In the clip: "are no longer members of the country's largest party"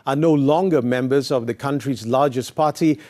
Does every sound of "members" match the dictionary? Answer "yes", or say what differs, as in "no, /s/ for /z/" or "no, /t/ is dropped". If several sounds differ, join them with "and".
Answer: yes